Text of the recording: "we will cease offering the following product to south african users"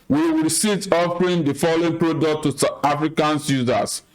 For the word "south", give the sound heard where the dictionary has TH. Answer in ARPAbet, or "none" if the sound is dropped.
T